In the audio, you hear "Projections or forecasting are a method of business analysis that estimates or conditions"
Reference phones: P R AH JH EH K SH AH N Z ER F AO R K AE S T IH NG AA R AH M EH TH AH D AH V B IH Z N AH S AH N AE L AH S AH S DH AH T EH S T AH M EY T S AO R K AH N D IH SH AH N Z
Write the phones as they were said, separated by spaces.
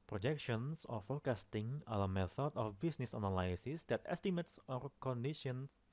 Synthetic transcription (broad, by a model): P R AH JH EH K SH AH N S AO F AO K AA S T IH NG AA L AH M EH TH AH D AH F B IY S N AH S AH N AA L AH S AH S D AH T EH S T AH M EY T S AO R K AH N D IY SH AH N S